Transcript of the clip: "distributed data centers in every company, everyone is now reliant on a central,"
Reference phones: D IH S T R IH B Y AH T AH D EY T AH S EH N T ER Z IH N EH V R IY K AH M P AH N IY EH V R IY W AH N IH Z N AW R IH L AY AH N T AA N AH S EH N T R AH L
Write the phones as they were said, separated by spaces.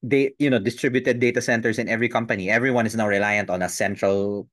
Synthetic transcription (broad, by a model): D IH S T R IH B Y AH T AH D EY T AH S EH N T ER S IH N EH V R IY K AH M P AH N IY EH V R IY W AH N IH S N AW R IH L AY AH N T AA N AH S EH N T R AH L